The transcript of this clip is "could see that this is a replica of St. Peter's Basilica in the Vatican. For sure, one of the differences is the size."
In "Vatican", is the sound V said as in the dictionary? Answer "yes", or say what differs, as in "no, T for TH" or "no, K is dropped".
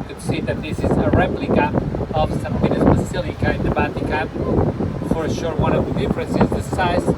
no, B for V